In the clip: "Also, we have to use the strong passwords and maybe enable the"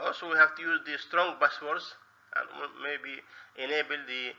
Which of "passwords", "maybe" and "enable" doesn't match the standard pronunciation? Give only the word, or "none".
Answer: passwords